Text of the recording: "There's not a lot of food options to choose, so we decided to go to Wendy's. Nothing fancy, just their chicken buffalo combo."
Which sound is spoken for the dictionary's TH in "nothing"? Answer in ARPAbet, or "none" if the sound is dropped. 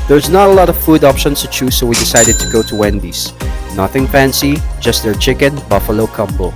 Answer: TH